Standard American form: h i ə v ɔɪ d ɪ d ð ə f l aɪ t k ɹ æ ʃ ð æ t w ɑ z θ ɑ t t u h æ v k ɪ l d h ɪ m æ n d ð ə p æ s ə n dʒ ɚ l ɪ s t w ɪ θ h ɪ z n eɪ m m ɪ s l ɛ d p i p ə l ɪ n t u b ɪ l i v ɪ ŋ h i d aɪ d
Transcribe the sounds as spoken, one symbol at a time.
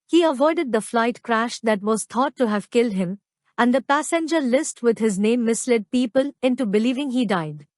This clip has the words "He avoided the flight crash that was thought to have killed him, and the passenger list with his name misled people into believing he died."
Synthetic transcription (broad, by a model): h i ə v ɔɪ d ɪ d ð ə f l aɪ t k ɹ æ ʃ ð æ t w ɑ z t ɑ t t u h æ v k ɪ l d h ɪ m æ n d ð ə p æ s ə n dʒ ɚ l ɪ s t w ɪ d h ɪ z n eɪ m m ɪ s l ɛ d p i p ə l ɪ n t u b ɪ l i v ɪ ŋ h i d aɪ d